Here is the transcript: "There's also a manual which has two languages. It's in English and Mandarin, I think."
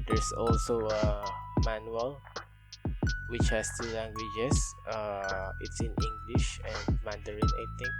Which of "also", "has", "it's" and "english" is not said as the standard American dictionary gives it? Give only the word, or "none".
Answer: has